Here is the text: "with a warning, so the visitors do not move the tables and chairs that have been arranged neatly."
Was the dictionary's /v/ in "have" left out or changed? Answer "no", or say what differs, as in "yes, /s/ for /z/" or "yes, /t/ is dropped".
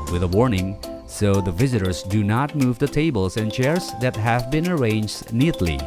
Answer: no